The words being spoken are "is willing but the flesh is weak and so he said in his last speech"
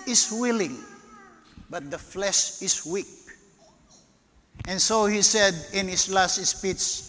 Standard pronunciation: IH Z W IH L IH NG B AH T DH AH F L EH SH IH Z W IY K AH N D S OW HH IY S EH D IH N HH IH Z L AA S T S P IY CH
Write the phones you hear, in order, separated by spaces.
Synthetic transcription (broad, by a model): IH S W IH L IH NG B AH T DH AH F L EH SH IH S W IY K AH N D S OW HH IY S EH D IH N HH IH S L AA S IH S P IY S